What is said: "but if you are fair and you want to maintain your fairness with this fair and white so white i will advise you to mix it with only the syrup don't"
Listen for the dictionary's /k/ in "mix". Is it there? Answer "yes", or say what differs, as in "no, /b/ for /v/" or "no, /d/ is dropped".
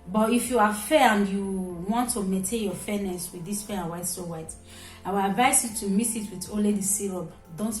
no, /k/ is dropped